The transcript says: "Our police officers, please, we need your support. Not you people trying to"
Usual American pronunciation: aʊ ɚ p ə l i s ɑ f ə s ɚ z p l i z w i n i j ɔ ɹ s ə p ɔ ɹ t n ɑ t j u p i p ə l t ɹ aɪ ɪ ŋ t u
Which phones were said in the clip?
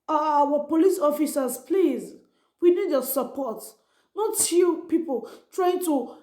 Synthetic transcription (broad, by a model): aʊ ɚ p ə l i s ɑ f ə s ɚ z p l i z w i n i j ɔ s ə p ɔ t n ɑ t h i p i p ə l t ɹ aɪ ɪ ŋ t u